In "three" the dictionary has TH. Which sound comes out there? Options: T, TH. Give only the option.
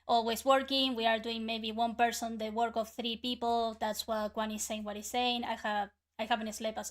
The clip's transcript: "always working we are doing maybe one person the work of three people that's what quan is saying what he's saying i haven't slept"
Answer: TH